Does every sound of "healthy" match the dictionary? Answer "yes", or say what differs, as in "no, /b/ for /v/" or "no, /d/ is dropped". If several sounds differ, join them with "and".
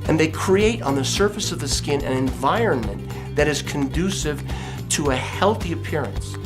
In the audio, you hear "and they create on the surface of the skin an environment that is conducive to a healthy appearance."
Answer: yes